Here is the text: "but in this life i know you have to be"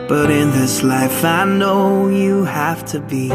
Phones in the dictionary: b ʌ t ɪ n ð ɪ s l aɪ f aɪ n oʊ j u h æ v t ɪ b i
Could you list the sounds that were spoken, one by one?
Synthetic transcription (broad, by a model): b ʌ t ɪ n ð ɪ s l aɪ f aɪ n oʊ j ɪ h æ f t ɪ b i